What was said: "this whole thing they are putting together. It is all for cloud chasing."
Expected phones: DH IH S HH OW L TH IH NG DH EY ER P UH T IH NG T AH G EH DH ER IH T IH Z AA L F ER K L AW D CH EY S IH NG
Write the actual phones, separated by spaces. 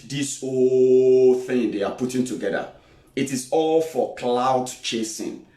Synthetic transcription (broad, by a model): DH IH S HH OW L TH IH NG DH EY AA P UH T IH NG T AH G EH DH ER IH T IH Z AA L F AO K L AW D CH EY S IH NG